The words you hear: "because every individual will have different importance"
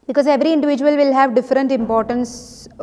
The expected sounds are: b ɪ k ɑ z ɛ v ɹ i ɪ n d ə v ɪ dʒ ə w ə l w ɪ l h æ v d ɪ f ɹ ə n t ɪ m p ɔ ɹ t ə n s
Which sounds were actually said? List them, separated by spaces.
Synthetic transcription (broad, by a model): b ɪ k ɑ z ɛ v ɹ i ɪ n d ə v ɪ dʒ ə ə l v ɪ l h æ v d ɪ f ɹ ə n t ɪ m p ɔ ɹ t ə n s